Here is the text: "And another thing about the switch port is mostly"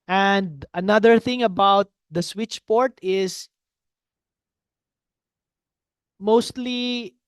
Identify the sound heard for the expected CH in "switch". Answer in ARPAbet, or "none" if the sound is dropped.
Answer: CH